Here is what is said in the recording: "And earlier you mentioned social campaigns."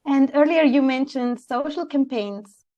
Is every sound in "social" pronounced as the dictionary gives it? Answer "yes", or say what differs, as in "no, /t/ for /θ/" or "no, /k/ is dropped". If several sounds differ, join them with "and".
yes